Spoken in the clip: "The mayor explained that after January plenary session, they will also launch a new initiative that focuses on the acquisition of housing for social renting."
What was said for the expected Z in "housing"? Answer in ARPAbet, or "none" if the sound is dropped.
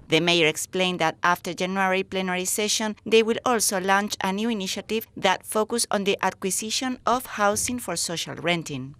S